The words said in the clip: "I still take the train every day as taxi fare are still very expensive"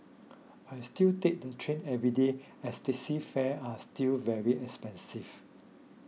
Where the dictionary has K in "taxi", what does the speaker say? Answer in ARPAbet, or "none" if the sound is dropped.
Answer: none